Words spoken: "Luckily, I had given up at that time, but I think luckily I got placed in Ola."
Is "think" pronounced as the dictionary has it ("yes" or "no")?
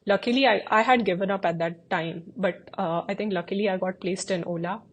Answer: no